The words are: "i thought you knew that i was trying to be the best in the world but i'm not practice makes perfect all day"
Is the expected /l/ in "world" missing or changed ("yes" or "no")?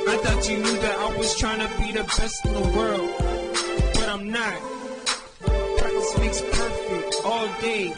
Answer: no